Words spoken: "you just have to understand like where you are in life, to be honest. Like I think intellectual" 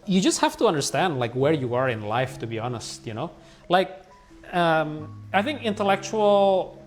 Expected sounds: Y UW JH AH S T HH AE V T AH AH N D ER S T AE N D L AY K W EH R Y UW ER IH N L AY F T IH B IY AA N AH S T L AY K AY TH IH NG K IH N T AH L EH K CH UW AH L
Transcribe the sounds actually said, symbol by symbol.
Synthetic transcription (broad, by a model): Y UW JH AH S T HH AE F T AH AH N D ER S T AE N D L AY K W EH R Y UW ER IH N L AY F T IH B IY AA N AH S T L AY K AY TH IH NG K IH N T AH L EH K CH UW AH L